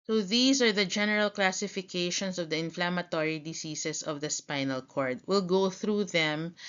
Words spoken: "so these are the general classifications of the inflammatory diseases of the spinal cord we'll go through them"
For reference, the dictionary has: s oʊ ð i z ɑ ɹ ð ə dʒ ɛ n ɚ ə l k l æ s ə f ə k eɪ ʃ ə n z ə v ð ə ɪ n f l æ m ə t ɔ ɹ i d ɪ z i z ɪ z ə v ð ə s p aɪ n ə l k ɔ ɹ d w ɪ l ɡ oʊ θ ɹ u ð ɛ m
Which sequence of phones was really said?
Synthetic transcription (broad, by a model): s oʊ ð i s ɑ ɹ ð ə dʒ ɛ n ɚ ə l k l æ s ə f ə k eɪ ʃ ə n s ə v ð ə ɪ n f l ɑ m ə t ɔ ɹ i d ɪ s i s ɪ s ə v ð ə s p aɪ n ə l k ɔ ɹ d w ɪ l ɡ oʊ θ ɹ u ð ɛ m